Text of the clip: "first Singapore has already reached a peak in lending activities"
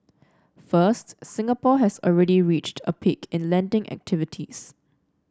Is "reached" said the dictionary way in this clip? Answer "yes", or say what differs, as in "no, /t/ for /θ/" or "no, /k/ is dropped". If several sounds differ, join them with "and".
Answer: yes